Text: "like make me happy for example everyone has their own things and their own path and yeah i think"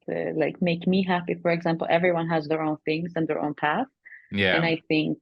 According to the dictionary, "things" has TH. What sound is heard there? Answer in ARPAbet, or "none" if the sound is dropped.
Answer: TH